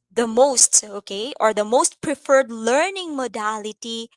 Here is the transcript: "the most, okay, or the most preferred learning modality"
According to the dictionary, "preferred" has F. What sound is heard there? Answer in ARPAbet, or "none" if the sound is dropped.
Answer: F